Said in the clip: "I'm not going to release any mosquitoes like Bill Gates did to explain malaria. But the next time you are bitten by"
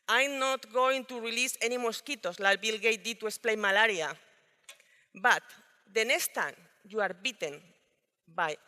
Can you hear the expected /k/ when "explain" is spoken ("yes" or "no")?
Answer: no